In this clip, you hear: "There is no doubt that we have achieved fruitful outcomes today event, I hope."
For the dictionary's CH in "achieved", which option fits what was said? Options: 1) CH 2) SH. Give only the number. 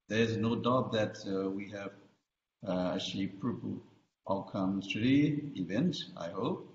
2